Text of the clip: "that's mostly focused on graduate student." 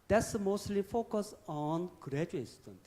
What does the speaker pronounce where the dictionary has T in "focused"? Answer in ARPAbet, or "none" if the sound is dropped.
none